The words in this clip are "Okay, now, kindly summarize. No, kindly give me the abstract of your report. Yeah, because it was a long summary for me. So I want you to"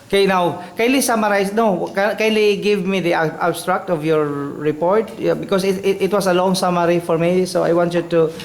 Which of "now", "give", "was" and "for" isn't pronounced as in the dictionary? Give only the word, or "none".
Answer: was